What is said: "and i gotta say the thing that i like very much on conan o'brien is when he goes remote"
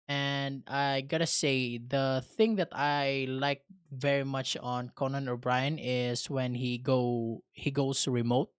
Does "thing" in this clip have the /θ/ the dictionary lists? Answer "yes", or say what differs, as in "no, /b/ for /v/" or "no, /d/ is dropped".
yes